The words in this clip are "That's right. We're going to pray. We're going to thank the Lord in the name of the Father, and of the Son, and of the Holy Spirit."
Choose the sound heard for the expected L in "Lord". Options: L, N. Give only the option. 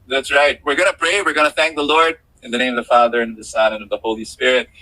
L